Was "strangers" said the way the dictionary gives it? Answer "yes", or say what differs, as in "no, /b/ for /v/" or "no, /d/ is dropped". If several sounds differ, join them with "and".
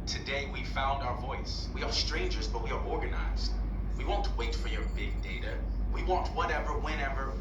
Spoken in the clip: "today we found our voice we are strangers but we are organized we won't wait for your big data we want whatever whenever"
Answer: yes